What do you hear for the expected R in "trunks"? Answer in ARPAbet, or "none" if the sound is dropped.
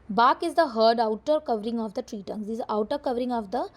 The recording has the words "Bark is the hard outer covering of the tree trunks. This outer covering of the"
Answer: none